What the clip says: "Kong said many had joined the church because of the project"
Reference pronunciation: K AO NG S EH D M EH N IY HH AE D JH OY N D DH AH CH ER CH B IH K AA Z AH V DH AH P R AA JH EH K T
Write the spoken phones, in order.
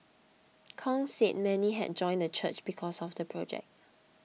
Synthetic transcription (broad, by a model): K AO NG S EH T M EH N IY HH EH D JH OY N D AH CH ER CH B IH K AA S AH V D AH P R AA JH EH K T